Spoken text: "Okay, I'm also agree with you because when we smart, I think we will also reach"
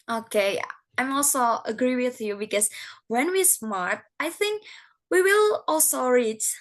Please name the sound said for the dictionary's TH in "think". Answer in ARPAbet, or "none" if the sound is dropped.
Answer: TH